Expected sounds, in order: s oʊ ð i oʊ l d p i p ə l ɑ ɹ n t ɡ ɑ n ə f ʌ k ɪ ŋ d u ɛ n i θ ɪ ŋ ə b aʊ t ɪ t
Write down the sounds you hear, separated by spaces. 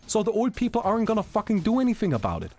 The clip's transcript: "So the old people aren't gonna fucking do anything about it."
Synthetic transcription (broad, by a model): s oʊ ð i oʊ l d p i p l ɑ ɹ n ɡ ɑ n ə f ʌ k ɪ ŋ d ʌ ɛ n i θ ɪ ŋ ə b aʊ t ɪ t